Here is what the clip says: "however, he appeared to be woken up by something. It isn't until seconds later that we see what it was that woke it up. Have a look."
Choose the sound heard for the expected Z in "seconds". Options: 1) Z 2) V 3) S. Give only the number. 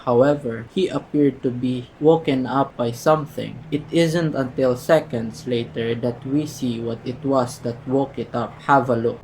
3